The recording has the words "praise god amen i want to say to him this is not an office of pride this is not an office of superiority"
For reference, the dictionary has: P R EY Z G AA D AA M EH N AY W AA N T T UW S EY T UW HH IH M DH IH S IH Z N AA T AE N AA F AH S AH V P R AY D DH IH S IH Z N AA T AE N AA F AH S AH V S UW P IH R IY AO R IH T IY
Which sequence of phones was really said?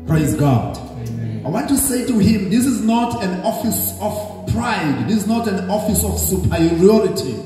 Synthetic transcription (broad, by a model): P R EY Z G AA D AA IH W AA N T T UW S EY T UW HH IH M DH IH S IH Z N AA T AE N AA F AH S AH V P R AY D DH IH S IH Z N AA T AE N AA F AH S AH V S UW P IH R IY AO R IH T IY